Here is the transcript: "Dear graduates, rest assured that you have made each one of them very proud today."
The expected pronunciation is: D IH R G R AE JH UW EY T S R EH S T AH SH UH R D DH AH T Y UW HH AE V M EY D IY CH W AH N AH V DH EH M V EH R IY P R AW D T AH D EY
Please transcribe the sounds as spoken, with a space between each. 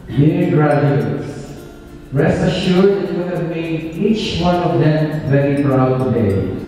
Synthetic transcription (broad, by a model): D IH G R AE JH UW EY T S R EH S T AH SH UH R D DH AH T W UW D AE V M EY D IY CH W AH N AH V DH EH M V EH R IY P R AW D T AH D EY